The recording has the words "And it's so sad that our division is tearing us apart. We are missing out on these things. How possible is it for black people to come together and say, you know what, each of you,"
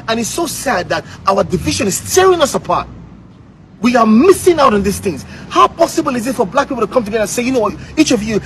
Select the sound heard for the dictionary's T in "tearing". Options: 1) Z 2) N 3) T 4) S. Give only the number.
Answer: 3